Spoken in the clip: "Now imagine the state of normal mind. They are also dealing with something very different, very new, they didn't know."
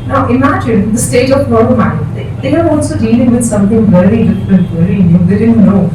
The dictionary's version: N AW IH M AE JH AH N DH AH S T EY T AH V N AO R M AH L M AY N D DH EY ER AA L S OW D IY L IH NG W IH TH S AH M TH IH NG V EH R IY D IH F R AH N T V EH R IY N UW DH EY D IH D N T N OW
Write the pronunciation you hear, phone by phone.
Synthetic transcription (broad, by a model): N AW IH M AE JH AH N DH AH S T EY T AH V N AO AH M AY D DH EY ER AA L S OW D IY L IH NG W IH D S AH M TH IH NG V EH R IY D IH F R AH N T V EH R IY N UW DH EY D IH D N T N OW